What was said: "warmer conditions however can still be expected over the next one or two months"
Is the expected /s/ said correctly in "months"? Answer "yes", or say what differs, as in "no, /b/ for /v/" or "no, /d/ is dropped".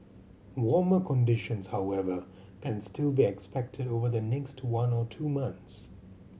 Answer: yes